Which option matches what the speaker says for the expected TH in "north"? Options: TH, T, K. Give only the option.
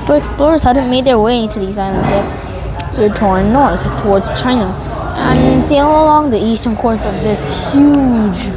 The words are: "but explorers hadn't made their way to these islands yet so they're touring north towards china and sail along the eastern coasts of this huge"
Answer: TH